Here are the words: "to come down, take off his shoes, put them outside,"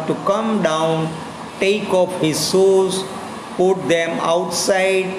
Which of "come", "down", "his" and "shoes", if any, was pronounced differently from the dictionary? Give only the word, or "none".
shoes